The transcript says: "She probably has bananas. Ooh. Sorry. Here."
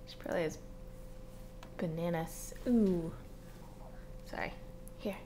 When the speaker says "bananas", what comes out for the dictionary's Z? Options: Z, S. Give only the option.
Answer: S